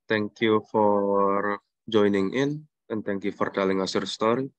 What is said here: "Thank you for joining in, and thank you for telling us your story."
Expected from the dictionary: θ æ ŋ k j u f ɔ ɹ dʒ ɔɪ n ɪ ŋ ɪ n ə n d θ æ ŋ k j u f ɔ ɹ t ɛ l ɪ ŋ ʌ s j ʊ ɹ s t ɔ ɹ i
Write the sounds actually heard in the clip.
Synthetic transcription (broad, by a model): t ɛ ŋ k j u f ɔ ɹ dʒ ɔɪ n ɪ ŋ ɪ n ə n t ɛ ŋ k j u f ɔ ɹ t ɛ l ɪ ŋ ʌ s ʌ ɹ s t ɔ ɹ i